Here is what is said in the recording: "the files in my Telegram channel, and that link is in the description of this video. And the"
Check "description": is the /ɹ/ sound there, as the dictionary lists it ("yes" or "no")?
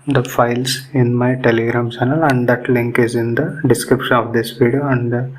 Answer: yes